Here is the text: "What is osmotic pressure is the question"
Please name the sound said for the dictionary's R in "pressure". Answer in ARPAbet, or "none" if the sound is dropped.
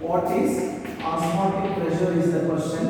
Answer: L